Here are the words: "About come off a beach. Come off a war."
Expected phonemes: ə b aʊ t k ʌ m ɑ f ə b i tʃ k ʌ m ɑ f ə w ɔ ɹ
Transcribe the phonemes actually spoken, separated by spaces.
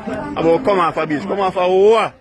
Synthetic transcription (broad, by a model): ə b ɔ k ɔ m ɑ f ə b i s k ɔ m ɑ f ə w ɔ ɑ